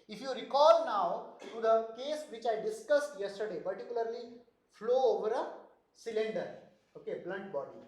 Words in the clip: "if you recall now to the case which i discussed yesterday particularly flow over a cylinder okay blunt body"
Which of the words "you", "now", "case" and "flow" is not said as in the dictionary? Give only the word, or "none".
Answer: none